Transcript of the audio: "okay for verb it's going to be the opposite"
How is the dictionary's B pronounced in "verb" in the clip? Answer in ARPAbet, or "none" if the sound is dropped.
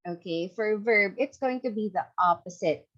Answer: B